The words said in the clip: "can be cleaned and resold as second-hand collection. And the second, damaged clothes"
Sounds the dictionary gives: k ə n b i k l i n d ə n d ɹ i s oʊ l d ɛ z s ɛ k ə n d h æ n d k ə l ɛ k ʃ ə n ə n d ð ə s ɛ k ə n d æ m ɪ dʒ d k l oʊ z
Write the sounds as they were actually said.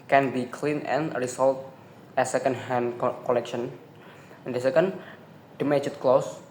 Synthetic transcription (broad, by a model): k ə n b i k l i n ə n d ɹ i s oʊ l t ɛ s ɛ k ə n d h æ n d k ə l ɛ k ʃ ə n ə n d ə s ɛ k ə n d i m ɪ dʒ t k l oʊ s